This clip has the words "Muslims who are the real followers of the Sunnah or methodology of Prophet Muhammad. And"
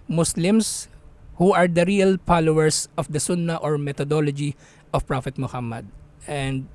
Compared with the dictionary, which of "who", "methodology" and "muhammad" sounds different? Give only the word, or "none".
methodology